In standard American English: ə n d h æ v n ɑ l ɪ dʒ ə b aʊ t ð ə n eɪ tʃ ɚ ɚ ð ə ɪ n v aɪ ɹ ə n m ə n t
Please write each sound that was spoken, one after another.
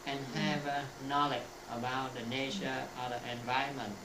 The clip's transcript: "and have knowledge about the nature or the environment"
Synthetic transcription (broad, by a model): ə n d h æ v n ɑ l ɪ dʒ ə b aʊ t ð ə n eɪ ʃ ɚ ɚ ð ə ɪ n v aɪ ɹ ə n m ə n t